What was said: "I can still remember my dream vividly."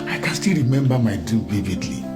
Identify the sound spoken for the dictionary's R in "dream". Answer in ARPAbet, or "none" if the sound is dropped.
none